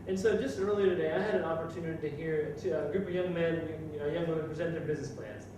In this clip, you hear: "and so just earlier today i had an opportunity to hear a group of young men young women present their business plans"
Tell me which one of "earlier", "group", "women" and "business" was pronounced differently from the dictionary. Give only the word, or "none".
none